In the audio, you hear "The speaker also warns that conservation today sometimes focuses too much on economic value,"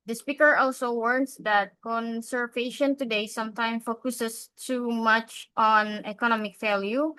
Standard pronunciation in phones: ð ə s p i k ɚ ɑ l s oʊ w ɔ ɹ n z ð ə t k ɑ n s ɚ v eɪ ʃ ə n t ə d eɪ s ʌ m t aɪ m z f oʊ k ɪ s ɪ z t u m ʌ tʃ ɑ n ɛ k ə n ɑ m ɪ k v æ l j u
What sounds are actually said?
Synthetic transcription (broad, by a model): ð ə s p i k ɚ ɑ l s oʊ w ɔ ɹ n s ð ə t k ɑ n s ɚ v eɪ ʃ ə n t ə d eɪ s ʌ m t aɪ m f oʊ k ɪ s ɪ s t u m ʌ tʃ ɑ n ɛ k ə n ɑ m ɪ k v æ l j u